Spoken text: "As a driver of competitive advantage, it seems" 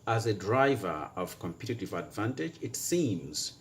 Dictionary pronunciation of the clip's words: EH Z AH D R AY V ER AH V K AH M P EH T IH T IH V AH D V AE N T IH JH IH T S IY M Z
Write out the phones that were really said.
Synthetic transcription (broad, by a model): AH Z AH D R AY V ER AH V K AH M P EH T IH T IH V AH D V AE N T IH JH IH T S IY M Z